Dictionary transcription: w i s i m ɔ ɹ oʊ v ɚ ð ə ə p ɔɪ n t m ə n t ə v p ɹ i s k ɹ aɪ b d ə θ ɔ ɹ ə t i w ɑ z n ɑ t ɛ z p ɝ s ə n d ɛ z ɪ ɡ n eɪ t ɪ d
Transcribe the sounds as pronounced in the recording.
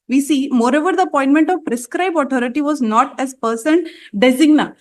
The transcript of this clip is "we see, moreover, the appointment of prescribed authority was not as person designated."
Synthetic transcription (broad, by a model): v i s i m ɔ ɹ oʊ v ɚ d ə ə p ɔɪ n t m ə n t ə v p ɹ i s k ɹ aɪ b ə t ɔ ɹ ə t i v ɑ z n ɑ t ɛ z p ɝ s ə n d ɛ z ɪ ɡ n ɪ